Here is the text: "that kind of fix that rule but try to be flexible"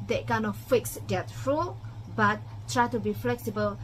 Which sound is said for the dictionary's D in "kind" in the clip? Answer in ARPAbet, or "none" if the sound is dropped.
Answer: none